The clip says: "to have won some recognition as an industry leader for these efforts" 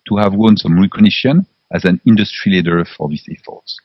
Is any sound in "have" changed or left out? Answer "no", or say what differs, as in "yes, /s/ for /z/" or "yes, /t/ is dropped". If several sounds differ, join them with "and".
no